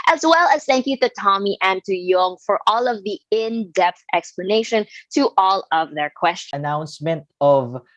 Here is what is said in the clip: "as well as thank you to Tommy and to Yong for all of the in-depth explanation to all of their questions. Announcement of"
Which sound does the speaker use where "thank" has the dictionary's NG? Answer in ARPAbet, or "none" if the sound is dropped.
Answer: NG